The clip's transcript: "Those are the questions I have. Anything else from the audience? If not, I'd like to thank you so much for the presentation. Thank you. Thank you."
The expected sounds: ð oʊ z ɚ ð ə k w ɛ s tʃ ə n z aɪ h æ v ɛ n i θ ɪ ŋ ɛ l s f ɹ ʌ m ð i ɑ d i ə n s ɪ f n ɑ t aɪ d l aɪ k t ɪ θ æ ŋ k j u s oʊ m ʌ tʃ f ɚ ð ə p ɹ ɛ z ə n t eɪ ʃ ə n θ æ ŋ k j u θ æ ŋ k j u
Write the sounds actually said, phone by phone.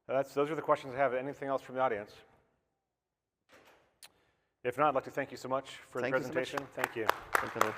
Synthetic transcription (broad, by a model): ð oʊ z ɚ ð ə k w ɛ s tʃ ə n z aɪ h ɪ v ɛ n i θ ɪ ŋ ɛ l s f ɹ ʌ m ð i ɑ d i ə n s ɪ f n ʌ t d l aɪ k t ɪ θ æ ŋ k j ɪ s oʊ m ʌ tʃ f ɚ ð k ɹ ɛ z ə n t eɪ ʃ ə n θ æ ŋ k j u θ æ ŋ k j